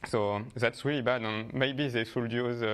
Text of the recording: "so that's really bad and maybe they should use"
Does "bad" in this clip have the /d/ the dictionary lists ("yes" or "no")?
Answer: yes